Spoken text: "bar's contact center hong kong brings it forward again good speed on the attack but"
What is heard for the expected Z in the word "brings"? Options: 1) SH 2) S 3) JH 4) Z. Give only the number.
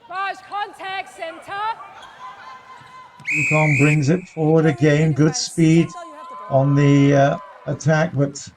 4